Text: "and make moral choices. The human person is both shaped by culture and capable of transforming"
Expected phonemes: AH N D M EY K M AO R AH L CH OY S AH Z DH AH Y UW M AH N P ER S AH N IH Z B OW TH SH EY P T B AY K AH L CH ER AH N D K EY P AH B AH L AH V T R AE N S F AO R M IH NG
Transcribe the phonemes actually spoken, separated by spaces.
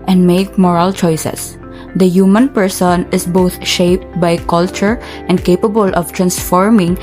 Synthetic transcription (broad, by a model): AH N D M EY K M AO R AH L CH OY S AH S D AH Y UW M AH N P ER S AH N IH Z B OW T SH EY P T B AY K AH L CH ER AH N D K EY P AH B AH L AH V T R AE N S F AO R M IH NG